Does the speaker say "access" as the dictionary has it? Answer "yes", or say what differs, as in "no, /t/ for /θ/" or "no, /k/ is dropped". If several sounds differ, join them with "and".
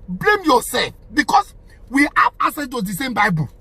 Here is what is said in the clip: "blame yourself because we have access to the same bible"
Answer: no, /k/ is dropped and /s/ is dropped